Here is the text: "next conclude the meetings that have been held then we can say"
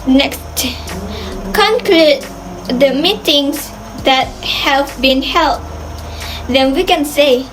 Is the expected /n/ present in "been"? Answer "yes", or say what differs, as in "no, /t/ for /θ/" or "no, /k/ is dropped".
yes